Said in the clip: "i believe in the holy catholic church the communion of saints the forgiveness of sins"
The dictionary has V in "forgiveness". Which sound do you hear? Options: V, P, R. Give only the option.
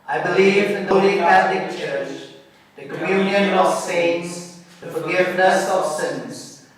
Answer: V